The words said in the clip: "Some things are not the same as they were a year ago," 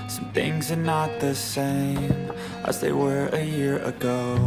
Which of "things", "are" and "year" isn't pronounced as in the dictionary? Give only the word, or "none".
none